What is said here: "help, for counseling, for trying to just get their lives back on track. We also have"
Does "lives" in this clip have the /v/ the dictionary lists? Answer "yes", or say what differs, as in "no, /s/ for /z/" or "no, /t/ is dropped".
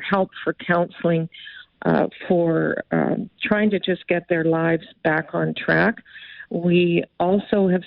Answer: yes